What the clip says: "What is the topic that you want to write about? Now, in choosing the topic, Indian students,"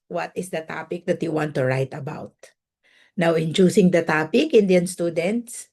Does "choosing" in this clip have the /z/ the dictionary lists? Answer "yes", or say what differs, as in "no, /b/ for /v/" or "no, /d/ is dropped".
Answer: no, /s/ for /z/